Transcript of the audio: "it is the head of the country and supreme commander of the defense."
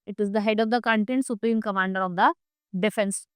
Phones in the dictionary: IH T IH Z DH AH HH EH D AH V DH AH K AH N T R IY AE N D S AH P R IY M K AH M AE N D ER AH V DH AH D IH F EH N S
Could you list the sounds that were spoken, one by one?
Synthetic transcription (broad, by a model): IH T IH Z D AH HH EH D AH V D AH K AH N T IY N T S AH P R IY M K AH M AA N D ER AH V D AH D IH F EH N S